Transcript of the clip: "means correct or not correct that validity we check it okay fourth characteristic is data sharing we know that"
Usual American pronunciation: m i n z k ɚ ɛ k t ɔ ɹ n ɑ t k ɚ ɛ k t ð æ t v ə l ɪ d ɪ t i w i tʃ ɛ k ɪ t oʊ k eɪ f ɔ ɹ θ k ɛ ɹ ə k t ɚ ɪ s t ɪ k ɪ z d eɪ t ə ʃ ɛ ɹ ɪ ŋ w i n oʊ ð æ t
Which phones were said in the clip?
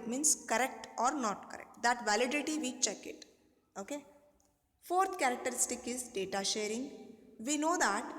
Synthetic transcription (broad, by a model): m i n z k ɚ ɛ k t ɔ ɹ n ɑ t k ɚ ɛ k t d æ t v ə l ɪ d ɪ t i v i tʃ ɛ k ɪ t oʊ k eɪ f ɔ ɹ t k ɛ ɹ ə k t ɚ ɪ s t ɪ k ɪ z d eɪ t ə ʃ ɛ ɹ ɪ ŋ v i n oʊ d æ t